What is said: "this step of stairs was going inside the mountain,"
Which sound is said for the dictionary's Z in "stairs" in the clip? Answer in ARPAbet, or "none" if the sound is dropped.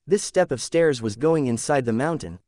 Z